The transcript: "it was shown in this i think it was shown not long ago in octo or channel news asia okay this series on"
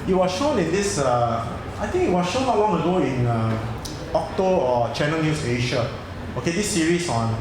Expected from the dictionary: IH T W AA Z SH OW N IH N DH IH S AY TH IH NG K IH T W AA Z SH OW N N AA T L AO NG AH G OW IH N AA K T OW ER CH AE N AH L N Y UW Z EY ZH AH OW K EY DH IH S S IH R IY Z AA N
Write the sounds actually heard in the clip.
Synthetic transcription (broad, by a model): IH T W AA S SH OW N IH N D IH S AY T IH NG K IH T W AA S SH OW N N AA T L AO NG AH G OW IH N AA K T OW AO CH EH N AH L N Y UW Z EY SH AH OW K EY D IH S S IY R IY S AA N